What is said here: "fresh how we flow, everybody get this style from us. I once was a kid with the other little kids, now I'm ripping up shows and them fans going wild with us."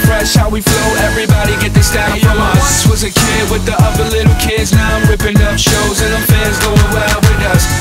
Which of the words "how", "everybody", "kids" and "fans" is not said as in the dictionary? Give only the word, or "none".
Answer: fans